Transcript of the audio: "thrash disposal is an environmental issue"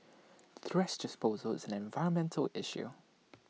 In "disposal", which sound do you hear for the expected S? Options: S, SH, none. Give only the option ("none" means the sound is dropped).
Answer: S